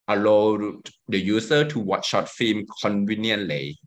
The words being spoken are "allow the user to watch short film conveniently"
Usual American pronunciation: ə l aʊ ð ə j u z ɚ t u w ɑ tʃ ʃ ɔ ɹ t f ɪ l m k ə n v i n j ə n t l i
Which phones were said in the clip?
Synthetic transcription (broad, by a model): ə l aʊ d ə j u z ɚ t u w ɑ tʃ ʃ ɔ t f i m k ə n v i n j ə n l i